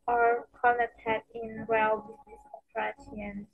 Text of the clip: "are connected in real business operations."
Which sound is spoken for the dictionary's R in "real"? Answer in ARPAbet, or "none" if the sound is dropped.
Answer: W